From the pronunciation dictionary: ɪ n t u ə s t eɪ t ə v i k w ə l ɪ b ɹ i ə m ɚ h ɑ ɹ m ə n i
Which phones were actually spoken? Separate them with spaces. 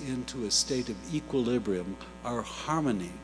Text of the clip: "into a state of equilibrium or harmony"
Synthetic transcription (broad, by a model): ɪ n t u ə s t eɪ t ə v i k w ə l ɪ b ɹ i ə m ɚ h ɑ ɹ m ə n i